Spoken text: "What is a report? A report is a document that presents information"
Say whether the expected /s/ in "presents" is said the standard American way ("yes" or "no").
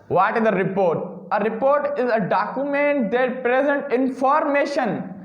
no